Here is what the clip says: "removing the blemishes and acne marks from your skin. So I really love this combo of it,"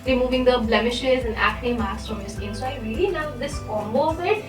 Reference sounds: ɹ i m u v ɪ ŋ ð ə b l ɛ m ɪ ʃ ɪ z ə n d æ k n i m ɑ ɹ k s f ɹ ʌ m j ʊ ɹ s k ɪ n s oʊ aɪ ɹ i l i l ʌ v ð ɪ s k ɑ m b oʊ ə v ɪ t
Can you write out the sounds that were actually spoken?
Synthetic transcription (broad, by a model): ɹ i m u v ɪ ŋ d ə b l ɛ m ɪ ʃ ɪ z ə n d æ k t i m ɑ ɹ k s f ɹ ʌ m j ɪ s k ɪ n s oʊ aɪ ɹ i l i n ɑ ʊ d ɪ s k ɑ m b oʊ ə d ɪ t